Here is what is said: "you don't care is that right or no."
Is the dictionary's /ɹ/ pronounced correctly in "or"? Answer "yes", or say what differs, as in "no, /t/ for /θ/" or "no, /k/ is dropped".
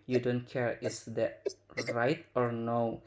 yes